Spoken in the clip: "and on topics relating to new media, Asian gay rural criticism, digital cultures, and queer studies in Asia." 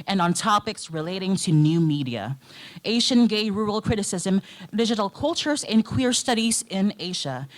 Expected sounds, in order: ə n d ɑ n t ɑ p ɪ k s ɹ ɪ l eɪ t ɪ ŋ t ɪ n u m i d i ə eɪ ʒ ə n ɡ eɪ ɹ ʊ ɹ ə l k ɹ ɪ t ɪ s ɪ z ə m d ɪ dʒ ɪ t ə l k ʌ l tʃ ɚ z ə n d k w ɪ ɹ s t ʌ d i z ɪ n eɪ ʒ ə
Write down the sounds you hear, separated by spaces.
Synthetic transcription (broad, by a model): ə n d n t ɑ p ɪ k s ɹ ɪ l eɪ t ɪ ŋ t ɪ n u m i d i ə eɪ ʃ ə n ɡ eɪ ɹ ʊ ɹ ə l k ɹ ɪ t ɪ s ɪ z ə m d ɪ dʒ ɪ t l k ʌ l tʃ ɚ z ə n k w ɪ ɹ s t ʌ d i z ɪ n eɪ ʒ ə